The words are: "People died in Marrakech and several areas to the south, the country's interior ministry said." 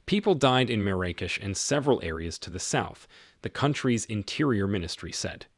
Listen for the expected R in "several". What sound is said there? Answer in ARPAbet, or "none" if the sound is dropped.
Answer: R